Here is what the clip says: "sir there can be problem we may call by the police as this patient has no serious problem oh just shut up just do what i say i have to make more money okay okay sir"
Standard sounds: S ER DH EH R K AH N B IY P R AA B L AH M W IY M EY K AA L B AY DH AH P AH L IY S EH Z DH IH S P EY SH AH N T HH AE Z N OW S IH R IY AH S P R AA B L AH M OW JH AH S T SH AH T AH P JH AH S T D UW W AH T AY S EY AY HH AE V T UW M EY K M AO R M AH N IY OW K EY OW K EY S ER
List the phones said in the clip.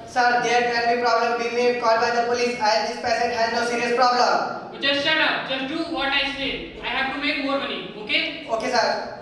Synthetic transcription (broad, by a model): S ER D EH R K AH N B IY P R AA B L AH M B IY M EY K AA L B AY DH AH P AH L IY S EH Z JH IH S P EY S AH T HH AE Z N OW S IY R IY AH S P R AA B L AH M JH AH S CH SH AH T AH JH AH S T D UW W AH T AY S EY AY HH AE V T UW M EY K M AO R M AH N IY OW K EY OW K EY S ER